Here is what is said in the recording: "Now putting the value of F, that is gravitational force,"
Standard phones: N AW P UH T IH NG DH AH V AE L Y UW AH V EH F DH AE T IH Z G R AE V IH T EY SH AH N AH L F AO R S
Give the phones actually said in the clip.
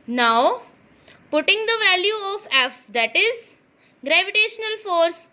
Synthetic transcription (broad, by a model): N AW P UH T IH NG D AH V AE L Y UW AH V EH F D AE T IH Z G R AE V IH T EY SH AH N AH L F AO R S